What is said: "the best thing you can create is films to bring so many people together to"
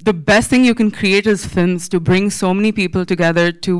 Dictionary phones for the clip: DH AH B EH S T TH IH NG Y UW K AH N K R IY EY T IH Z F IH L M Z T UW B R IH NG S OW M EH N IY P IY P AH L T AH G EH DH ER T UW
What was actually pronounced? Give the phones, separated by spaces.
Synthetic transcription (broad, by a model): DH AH B EH S T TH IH NG Y UW K AH N K R IY EY T IH Z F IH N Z T UW B R IH NG S OW M EH N IY P IY P AH L T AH G EH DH ER T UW